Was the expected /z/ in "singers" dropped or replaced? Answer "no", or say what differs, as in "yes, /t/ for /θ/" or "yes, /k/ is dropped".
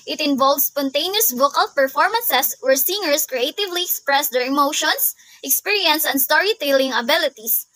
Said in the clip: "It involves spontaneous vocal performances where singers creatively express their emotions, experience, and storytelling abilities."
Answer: yes, /s/ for /z/